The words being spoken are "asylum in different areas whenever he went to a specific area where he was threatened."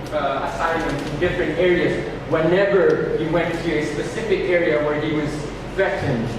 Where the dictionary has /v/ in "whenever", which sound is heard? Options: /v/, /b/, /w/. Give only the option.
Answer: /v/